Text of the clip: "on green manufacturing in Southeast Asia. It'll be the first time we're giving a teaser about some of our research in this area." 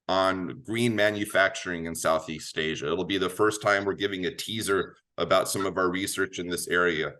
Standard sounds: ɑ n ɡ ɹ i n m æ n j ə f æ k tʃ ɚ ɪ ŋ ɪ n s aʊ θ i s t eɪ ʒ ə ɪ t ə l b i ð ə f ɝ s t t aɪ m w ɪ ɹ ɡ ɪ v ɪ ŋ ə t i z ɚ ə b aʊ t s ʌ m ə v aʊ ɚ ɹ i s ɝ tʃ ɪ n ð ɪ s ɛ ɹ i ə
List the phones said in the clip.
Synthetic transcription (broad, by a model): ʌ n ɡ ɹ i n m æ n j ə f æ k tʃ ɚ ɪ ŋ ɪ n s aʊ θ i s t eɪ ʒ ə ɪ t l b i ð ə f ɝ s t t aɪ m w ɪ ɹ ɡ ɪ v ɪ ŋ ə t i z ɚ ə b aʊ t s ʌ m ə v aʊ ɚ ɹ i s ɝ tʃ ɪ n ð ɪ s ɛ ɹ i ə